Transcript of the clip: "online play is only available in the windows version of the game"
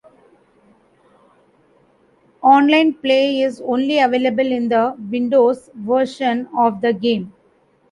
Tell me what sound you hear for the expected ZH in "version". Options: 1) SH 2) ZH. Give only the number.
1